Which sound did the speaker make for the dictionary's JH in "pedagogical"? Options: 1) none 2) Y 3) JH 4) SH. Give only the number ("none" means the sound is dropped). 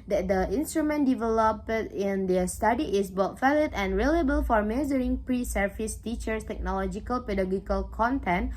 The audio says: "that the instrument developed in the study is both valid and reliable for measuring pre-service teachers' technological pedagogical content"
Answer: 1